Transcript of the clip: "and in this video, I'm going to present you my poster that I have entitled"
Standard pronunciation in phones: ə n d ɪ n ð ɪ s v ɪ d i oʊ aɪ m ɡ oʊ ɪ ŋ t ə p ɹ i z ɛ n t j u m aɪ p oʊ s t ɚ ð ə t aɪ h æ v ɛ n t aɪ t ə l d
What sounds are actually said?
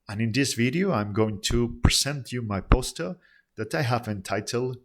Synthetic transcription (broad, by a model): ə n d ɪ n ð ɪ s v ɪ d i oʊ aɪ m ɡ oʊ ɪ ŋ t ə p ɹ i z ɛ n t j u m aɪ p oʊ s t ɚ ð ə t aɪ h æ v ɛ n t aɪ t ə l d